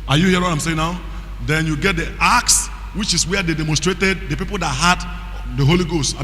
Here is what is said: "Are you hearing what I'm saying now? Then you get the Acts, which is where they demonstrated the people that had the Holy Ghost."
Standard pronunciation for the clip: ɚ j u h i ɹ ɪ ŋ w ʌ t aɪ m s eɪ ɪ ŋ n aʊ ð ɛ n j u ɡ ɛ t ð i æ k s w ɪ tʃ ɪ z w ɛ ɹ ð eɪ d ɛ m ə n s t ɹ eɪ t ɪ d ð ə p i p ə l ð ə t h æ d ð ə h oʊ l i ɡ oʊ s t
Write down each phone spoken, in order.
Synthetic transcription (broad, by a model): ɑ j u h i ɪ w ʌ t aɪ m s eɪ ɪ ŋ n aʊ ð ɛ n j u ɡ ɛ t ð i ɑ k s w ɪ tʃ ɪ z w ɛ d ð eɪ d ɛ m ə n s t ɹ eɪ t ɪ d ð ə p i p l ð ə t h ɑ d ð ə h oʊ l i ɡ oʊ s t